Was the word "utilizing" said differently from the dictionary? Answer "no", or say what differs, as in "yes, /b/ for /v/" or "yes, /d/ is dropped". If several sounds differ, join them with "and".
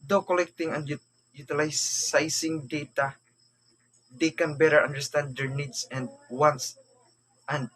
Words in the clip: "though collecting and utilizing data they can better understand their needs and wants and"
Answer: yes, /s/ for /z/